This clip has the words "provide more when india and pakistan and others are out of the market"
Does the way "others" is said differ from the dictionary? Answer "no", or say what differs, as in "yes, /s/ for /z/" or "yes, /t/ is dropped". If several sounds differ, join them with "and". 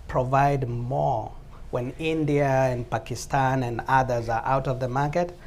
no